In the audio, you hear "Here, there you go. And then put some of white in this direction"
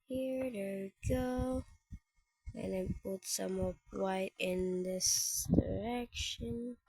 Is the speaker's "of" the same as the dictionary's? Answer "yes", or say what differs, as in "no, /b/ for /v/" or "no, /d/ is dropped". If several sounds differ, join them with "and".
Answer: no, /p/ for /v/